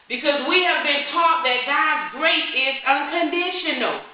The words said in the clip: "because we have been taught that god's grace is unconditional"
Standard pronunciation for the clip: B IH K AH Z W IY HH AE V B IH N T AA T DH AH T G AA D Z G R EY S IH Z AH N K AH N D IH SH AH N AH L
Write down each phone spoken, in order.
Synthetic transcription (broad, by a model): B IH K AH Z W IY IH V B IH N T AA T DH AH T G AA D Z G R EY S IH Z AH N K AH N D IH SH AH N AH L